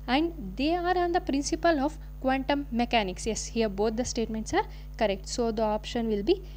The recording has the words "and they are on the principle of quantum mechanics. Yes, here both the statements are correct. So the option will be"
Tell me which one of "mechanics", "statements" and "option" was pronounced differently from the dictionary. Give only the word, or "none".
none